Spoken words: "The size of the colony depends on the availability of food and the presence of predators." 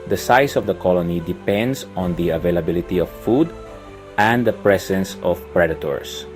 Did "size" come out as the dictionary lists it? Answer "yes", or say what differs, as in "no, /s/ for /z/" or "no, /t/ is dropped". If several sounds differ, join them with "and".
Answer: no, /s/ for /z/